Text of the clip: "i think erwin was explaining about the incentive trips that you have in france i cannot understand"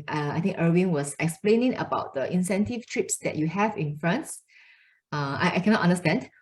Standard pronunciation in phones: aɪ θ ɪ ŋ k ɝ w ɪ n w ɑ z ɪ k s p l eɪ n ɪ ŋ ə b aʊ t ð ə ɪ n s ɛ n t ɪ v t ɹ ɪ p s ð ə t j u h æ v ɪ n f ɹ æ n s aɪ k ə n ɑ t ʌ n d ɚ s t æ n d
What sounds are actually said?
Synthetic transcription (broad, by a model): aɪ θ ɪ ŋ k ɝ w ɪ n w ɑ s ɪ k s p l eɪ n ɪ ŋ ə b aʊ t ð ə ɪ n s ɛ n t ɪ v t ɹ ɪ p s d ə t j u h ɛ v ɪ n f ɹ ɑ n s aɪ k ə n ɑ t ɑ n d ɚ s t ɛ n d